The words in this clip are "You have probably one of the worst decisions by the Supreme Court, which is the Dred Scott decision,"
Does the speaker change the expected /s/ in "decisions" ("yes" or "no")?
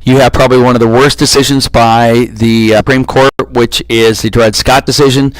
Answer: no